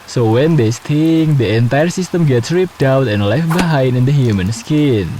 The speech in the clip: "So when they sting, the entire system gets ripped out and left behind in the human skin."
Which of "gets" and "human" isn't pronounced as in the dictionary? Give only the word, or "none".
none